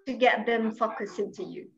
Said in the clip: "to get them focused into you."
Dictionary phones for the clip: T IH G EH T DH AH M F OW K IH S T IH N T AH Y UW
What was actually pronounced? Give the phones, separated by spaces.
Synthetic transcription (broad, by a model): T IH G EH T DH AH M F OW K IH S IH N T AH Y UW